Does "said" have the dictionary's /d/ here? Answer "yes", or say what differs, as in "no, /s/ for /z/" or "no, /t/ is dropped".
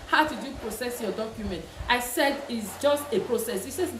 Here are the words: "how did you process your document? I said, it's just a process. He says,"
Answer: yes